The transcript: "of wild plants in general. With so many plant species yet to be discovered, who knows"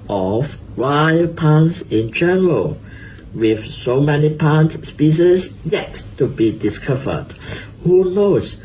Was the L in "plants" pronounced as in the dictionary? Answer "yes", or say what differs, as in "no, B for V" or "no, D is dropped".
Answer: no, L is dropped